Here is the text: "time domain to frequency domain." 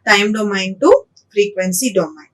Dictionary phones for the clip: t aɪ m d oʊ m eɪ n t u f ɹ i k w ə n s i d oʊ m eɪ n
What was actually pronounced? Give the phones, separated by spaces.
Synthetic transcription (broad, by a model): t aɪ m d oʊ m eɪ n t u f ɹ i k w ə n s i d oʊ m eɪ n